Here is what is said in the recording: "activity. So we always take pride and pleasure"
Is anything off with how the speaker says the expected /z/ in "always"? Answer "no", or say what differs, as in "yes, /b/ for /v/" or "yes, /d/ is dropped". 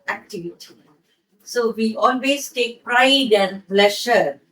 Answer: yes, /s/ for /z/